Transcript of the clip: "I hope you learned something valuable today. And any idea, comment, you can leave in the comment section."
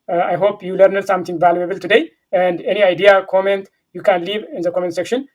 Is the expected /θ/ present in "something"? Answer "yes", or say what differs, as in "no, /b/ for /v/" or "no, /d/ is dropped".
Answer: no, /t/ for /θ/